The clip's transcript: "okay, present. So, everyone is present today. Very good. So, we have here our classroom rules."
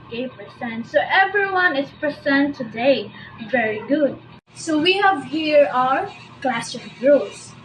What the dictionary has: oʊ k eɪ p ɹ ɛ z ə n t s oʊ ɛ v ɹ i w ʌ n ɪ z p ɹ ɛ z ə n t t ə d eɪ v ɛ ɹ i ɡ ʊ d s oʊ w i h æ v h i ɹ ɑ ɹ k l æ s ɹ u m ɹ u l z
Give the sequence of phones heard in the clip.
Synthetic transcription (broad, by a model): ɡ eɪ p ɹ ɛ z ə n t s oʊ ɛ v ɹ i w ʌ n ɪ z p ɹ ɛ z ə n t t ə d eɪ v ɛ ɹ i ɡ ʊ d s oʊ w i h æ v h i ɹ ɑ ɹ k l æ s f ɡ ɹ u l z